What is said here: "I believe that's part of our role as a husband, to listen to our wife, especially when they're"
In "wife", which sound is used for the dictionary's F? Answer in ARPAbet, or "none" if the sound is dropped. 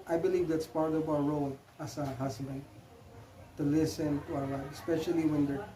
none